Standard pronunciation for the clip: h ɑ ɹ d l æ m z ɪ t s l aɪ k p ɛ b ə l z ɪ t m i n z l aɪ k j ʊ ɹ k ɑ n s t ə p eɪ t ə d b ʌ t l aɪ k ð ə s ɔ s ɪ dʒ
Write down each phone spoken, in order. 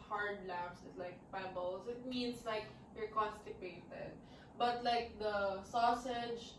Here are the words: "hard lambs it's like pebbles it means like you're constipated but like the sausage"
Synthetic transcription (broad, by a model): h ɑ ɹ d l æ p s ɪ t l aɪ k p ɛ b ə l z ɪ t m i n s l aɪ k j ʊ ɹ k ɑ n s t ə p eɪ t ə d b ʌ t l aɪ k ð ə s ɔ s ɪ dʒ